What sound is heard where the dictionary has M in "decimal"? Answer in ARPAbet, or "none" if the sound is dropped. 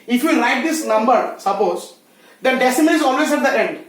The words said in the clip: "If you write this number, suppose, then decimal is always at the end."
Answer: none